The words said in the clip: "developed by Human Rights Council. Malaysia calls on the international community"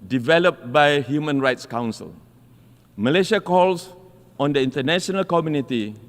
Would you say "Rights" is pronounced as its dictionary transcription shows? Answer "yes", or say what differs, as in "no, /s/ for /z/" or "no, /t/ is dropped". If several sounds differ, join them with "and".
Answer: yes